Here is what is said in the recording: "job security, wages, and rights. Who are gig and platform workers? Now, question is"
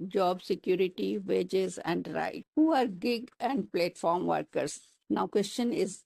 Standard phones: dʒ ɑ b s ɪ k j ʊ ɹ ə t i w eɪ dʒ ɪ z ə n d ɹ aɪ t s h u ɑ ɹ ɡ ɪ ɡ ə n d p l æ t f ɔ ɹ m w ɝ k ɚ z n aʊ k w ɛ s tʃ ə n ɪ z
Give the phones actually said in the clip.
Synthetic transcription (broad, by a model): dʒ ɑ b s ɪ k j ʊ ɹ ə t i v eɪ dʒ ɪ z ə n d ɹ aɪ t h u ɑ ɹ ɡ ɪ ɡ ə n d p l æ t f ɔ ɹ m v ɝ k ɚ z n aʊ k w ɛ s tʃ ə n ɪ z